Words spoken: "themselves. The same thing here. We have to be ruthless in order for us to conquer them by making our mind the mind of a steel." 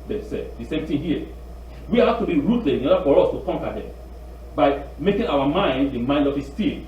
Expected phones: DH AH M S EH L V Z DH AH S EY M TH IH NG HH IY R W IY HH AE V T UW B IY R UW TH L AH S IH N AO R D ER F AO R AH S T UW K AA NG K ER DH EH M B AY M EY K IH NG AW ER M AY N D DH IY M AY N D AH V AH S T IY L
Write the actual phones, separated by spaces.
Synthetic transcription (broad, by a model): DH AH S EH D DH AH S EY M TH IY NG HH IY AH W IY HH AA F T UW B IY R UW T L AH IH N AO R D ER F AO R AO S T UW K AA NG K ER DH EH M B AY M EY K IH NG AW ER M AY N D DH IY M AY N D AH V AH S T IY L